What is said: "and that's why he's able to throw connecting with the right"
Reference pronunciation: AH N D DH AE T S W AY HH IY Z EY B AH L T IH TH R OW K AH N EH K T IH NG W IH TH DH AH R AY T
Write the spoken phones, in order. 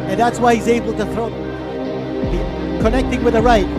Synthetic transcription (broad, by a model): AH N DH AE T S W AY HH IY Z EY B L T IH TH R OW K AH N EH K T IH NG W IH DH AH R AY T